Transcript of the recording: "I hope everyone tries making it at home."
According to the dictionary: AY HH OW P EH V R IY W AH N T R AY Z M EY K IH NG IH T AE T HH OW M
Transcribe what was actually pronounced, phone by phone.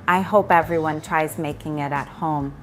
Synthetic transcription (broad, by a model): AY HH OW P EH V R IY W AH N T R AY Z M EY K IH NG IH T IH T HH OW M